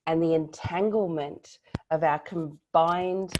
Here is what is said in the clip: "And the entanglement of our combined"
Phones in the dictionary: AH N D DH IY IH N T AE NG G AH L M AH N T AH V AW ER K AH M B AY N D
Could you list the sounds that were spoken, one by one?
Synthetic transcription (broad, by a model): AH N DH IY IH N T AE NG G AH L M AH N T AH V AW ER K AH M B AY N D